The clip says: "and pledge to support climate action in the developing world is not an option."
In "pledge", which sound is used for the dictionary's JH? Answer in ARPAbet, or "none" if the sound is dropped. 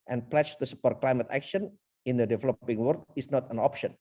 CH